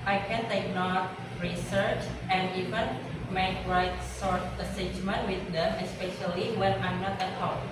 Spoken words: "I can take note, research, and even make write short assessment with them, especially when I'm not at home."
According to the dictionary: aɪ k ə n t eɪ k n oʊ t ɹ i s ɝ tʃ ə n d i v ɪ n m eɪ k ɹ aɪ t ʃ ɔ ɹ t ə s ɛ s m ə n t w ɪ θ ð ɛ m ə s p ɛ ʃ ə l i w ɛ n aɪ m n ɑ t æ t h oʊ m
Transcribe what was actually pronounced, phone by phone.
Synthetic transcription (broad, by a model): aɪ k ə n t eɪ k n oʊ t ɹ i s ɝ tʃ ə n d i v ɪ n m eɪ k ɹ aɪ t s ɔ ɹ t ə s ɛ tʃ m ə n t w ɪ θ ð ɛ m ə s p ɛ ʃ ə l i w ɛ n aɪ m n ɑ t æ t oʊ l